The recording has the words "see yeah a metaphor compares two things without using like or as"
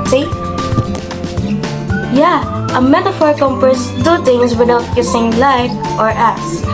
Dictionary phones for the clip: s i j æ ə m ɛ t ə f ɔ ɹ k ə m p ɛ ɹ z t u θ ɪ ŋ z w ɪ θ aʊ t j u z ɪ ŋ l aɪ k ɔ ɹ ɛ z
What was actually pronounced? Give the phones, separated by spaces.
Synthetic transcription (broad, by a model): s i j æ ə m ɛ t ə f ɔ ɹ k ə m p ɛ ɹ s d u t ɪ ŋ s w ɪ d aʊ t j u s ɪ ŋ l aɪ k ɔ ɹ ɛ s